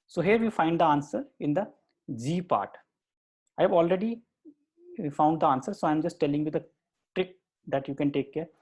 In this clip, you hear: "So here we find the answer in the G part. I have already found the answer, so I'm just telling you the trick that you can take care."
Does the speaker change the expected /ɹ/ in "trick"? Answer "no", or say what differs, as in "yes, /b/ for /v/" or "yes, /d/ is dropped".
no